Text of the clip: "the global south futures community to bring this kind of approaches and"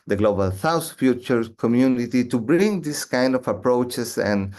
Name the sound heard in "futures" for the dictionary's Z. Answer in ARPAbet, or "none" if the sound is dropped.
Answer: none